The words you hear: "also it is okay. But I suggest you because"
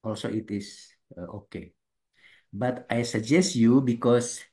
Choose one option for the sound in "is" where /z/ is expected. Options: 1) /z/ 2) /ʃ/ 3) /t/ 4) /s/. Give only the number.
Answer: 4